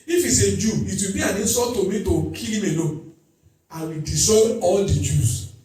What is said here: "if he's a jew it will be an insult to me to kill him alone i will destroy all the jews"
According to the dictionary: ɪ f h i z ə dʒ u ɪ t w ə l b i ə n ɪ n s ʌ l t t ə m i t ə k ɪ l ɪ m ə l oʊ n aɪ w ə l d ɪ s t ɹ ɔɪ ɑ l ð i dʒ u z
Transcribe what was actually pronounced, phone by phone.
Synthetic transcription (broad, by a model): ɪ f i s ə dʒ u ɪ t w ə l b i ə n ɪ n s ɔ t t ə m i t ə k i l ɪ m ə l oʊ aɪ w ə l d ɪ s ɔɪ ɑ l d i dʒ u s